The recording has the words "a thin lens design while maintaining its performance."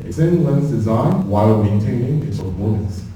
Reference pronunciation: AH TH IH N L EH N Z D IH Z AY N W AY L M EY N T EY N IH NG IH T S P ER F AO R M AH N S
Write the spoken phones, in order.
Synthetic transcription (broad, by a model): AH S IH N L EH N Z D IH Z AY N W AY L M EY N T EY N IH NG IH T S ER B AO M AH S